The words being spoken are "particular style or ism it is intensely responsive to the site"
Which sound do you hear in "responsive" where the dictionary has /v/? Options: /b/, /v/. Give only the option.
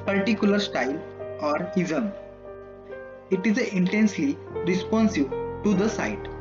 /b/